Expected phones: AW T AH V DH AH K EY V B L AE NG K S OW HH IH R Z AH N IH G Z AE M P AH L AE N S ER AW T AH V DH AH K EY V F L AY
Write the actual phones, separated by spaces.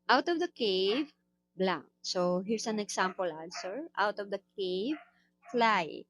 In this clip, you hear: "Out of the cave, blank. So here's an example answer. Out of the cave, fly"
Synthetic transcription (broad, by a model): AW T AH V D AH K EY V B L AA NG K S OW HH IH R S AH N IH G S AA M P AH L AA L S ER AW T AH V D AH K EY V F L AY